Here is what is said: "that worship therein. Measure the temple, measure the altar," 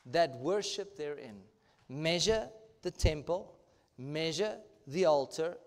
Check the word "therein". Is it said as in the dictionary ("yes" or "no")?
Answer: yes